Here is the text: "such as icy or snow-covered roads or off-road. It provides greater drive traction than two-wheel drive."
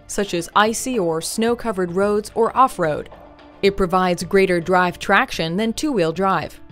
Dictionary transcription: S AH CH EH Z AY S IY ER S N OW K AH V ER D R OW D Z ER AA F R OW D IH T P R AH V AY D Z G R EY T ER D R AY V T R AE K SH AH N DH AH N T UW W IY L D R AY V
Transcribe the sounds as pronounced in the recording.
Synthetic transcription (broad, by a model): S AH CH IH Z AY S IY ER S N OW K AH V ER D R OW D Z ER AA F R OW D IH T P R AH V AY D Z G R EY T ER D R AY V T R AE K SH AH N DH AH N T UW W IY L D R AY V